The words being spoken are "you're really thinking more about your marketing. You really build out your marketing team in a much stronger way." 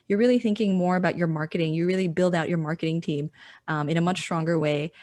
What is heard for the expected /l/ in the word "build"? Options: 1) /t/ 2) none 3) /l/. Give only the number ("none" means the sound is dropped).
3